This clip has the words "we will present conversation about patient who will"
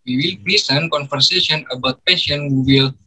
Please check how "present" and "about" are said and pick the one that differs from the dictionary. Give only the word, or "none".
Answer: present